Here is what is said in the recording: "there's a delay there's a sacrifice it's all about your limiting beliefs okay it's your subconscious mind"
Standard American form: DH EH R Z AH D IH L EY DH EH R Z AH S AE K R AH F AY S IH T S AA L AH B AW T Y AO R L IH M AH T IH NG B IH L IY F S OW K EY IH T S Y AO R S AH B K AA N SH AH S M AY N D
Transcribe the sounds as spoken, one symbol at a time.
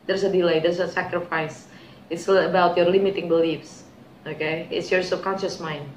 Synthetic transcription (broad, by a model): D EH R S AH D IH L EY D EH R S AH S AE K R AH F AY S IH T S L AH B AW T Y AO R L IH M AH T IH NG B IH L IY F S OW K EY IH T S Y AO R S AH K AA N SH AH S M AY N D